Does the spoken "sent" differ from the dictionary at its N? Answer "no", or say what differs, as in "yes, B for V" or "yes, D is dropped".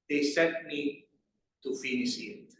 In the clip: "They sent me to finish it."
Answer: yes, N is dropped